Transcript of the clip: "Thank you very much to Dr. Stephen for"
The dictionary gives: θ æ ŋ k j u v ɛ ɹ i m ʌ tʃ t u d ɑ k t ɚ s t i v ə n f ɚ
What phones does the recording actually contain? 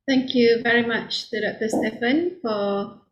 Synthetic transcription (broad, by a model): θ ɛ ŋ k j u v ɛ ɹ i m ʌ tʃ t u d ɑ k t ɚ s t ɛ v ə n f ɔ